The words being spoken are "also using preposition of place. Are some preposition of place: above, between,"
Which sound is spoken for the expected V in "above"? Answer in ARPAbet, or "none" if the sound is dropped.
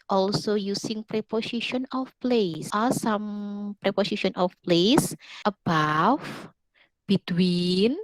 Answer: F